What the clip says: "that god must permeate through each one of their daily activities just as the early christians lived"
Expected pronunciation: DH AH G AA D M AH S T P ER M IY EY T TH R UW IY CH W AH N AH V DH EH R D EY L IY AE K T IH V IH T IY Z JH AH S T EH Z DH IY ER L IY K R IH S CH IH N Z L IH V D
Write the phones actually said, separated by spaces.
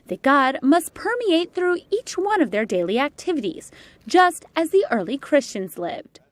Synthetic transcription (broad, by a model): DH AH G AA D M AH S T P ER M IY EY T TH R UW IY CH W AH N AH V DH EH R D EY L IY AE K T IH V IH T IY Z JH AH S T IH Z DH IY ER L IY K R IH S CH IH N Z L IH V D